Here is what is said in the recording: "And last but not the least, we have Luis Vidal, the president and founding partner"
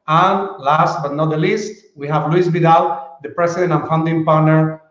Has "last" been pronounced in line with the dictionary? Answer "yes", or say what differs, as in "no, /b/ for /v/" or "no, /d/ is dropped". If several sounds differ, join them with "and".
yes